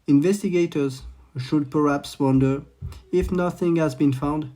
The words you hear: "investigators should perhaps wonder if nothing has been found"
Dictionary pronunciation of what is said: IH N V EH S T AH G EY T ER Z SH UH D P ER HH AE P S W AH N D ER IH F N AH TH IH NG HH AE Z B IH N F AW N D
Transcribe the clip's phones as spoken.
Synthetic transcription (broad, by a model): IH N V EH S T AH G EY T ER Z SH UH D P ER HH AE P S W AH N D ER IH F N AH TH IH NG HH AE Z B IH N F AW N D